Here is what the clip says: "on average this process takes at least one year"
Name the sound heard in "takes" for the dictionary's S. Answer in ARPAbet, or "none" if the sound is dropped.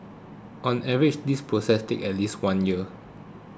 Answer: none